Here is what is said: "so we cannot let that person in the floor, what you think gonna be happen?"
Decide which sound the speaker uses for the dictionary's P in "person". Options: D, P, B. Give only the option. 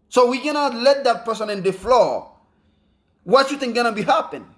P